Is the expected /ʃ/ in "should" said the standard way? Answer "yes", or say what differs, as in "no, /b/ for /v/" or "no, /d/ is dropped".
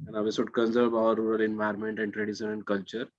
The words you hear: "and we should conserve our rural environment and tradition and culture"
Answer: no, /s/ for /ʃ/